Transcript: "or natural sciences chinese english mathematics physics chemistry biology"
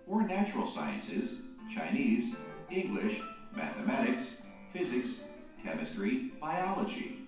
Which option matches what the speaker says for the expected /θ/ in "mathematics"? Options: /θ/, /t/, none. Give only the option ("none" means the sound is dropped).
/θ/